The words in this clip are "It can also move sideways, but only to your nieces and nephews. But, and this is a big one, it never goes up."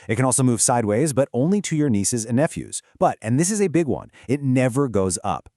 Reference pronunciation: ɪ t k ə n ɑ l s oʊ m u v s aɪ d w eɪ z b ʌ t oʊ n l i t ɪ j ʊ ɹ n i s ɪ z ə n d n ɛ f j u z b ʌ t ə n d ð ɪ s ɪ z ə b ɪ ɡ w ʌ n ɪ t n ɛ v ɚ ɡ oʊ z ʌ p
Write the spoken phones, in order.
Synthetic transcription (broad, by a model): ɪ t k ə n ɑ l s oʊ m u v s aɪ d w eɪ z b ʌ t oʊ n l i t ɪ j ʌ ɹ n i s ɪ z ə n n ɛ f j u z b ʌ t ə n ð ɪ s ɪ z ə b ɪ ɡ w ʌ n ɪ t n ɛ v ɚ ɡ oʊ z ʌ p